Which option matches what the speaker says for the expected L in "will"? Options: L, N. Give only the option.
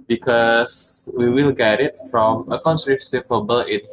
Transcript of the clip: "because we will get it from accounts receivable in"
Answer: L